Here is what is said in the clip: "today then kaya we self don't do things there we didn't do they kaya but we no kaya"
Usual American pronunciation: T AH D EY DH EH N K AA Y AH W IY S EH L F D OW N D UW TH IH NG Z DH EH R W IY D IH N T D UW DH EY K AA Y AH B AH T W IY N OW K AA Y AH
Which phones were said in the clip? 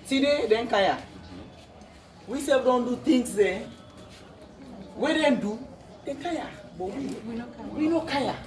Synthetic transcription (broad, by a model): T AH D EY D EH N K AA Y AH W IY S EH F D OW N D UW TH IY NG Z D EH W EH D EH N D UW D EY K AA Y AH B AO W W IY N OW K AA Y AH